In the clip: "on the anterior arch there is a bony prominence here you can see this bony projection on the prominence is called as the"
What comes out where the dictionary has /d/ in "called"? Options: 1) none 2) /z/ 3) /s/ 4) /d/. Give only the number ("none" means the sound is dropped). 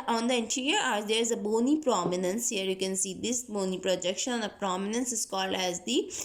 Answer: 1